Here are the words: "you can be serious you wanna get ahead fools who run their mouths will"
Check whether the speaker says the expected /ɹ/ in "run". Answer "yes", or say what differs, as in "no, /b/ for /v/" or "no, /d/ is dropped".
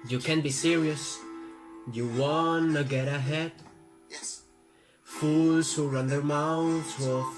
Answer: yes